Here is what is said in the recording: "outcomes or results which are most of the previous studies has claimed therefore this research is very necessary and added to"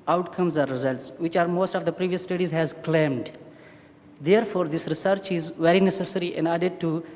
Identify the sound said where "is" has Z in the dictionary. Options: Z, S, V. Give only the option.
Z